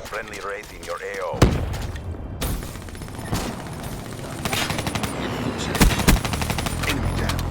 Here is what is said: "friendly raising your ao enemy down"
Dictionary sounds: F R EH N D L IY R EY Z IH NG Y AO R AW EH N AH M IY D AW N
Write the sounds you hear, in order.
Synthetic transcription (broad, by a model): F R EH N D L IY R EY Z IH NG Y AO R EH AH IY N